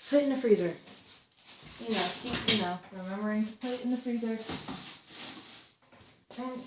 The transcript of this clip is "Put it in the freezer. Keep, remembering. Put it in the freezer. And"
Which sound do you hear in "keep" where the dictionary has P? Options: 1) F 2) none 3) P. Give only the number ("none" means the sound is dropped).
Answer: 1